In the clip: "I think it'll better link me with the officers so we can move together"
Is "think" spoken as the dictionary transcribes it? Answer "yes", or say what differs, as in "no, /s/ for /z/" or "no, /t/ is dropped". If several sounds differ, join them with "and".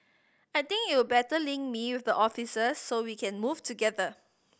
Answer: no, /t/ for /θ/